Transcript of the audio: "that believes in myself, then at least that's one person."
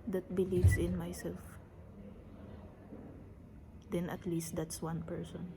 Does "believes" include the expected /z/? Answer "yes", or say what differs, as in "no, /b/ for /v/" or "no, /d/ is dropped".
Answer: no, /s/ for /z/